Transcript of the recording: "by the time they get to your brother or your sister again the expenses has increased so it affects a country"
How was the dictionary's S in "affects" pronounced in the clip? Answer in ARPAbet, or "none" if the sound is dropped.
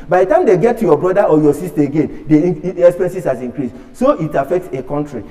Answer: S